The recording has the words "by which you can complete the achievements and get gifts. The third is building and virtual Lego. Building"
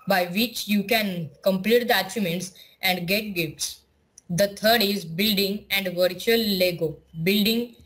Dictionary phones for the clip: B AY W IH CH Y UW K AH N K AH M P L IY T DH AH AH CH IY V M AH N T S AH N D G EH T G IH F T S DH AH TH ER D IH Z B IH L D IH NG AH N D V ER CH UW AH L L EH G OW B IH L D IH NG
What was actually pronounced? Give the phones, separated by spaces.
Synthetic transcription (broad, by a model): B AY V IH CH Y UW K AH N K AH M P L IY T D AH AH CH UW M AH N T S AH N D G EH T G IH F T S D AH T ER D IH Z B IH L D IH NG AH N D V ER CH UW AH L L EH G OW B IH L D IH NG